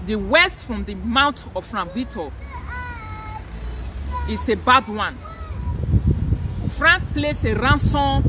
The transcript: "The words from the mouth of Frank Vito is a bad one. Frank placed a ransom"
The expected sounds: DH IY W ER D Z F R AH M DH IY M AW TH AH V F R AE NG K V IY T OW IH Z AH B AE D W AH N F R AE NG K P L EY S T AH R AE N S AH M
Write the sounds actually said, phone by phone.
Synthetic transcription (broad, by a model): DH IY W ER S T F R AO M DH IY M AW T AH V F R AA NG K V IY T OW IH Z AH B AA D W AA N F R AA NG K P L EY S AH R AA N S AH